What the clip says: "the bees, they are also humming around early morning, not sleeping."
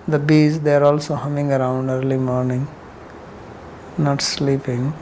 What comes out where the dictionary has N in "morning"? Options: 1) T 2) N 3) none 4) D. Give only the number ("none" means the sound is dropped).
2